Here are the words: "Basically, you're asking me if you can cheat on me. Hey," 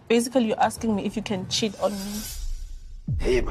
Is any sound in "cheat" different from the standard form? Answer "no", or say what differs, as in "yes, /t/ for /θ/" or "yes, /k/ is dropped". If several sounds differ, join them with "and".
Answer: no